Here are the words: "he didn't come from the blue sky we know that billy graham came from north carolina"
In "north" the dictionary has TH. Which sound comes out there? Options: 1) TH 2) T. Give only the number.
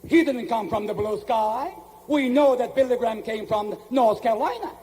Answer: 1